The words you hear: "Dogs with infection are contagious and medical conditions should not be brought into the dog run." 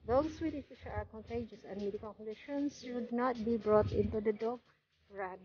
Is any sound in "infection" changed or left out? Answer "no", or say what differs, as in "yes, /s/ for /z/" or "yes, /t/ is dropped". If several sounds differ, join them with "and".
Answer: yes, /n/ is dropped and /k/ is dropped and /n/ is dropped